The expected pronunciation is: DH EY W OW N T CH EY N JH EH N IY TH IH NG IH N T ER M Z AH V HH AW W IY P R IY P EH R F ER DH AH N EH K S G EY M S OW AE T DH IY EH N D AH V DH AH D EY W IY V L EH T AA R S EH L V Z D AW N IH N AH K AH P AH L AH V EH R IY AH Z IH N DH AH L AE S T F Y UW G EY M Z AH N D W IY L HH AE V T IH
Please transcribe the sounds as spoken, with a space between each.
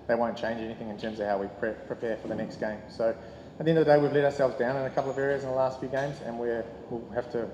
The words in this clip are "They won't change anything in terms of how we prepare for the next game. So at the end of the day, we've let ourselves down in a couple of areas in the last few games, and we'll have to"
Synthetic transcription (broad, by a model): DH EY W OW N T CH EY N JH EH N IY TH IH NG IH N T ER M Z AH V HH AW W IY P R IY P EH R F ER DH AH N EH K S G EY M S OW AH T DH IY EH N D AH DH AH D EY W IY V L EH T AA R S EH L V Z D AW N IH N AH K AH P L AH V EH R IY AH Z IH N DH AH L AE S T F Y UW G EY M Z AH N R W IY L HH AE F T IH